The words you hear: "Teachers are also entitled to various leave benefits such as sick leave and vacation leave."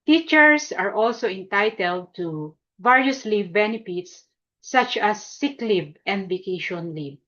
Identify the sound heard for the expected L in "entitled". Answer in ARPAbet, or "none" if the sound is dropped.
L